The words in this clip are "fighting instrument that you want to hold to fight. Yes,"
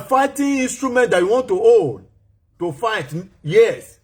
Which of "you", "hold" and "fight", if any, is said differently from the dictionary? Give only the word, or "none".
hold